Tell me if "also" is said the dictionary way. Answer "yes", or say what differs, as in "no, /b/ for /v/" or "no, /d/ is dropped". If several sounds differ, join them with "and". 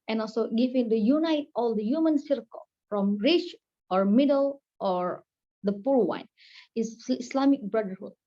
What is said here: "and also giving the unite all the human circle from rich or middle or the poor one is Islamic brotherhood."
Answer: yes